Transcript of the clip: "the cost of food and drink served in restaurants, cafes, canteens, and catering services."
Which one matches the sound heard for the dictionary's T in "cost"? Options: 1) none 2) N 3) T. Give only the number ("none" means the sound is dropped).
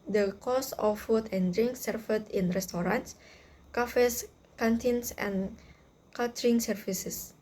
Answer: 1